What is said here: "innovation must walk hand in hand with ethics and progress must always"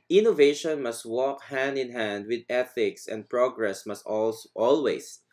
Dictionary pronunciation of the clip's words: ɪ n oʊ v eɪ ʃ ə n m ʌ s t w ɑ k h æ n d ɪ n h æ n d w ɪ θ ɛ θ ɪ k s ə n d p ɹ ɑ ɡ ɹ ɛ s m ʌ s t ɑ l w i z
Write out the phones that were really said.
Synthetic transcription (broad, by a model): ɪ n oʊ v eɪ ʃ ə n m ʌ s t w ɑ k h æ n d ɪ n h æ n d w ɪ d ɛ θ ɪ k s ə n d p ɹ ɑ ɡ ɹ ɛ s m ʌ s t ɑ l w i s